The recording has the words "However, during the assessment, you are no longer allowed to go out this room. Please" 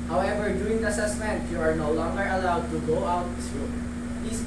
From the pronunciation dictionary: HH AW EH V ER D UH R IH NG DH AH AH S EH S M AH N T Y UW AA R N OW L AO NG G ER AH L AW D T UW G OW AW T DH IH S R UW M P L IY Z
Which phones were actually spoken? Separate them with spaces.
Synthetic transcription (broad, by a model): HH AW EH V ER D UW IH NG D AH AH S EH S M AH N T Y UW AA R N OW L AO NG G ER AH L AW D T UW G OW AW T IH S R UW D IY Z